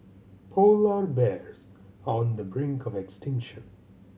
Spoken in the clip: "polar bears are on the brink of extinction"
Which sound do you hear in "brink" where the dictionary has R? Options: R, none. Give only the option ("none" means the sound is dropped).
R